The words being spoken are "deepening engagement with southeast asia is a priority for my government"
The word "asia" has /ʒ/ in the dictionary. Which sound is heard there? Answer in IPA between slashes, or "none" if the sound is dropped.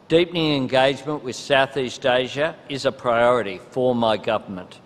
/ʒ/